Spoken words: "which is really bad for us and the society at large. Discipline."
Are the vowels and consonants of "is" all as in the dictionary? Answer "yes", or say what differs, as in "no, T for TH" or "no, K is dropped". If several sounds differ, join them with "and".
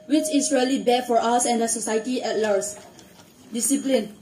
no, S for Z